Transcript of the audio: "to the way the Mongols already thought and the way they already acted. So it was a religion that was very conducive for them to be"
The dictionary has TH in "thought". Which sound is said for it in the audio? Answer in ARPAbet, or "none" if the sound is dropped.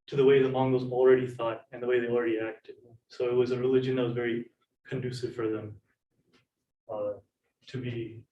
TH